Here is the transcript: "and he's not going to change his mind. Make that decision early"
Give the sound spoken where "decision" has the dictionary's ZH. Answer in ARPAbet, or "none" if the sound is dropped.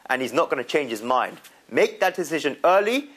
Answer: ZH